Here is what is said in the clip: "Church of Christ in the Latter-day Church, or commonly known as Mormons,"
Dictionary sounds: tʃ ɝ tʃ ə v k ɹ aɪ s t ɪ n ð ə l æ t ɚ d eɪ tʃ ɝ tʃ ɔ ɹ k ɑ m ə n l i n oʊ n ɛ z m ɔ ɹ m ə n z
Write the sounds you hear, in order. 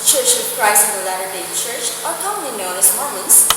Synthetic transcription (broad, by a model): tʃ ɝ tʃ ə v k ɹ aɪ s ɪ n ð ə l æ t ɚ d eɪ tʃ ɝ tʃ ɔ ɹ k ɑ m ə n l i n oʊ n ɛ s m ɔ m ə n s